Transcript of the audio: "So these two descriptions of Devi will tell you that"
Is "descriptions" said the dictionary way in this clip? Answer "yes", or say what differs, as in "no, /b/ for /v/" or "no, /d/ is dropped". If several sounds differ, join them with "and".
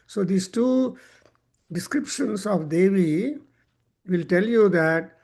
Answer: no, /s/ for /z/